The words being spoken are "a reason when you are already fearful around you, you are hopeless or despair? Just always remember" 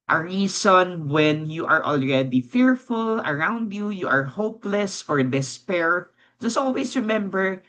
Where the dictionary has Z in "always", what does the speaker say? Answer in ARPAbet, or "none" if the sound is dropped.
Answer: S